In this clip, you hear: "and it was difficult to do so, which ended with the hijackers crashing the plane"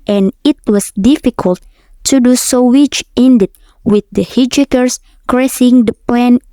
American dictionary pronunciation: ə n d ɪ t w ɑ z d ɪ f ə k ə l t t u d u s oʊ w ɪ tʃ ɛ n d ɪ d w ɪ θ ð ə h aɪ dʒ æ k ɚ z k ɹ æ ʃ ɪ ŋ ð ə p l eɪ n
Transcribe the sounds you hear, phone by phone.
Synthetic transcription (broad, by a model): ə n ɪ t w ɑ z d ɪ f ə k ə l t t u d u s oʊ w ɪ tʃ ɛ n d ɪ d w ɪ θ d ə h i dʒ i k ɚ s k ɹ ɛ s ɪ ŋ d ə p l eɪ n